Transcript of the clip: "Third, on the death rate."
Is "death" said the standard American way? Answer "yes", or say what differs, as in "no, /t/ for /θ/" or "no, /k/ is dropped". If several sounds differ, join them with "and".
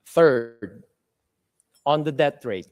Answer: no, /t/ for /θ/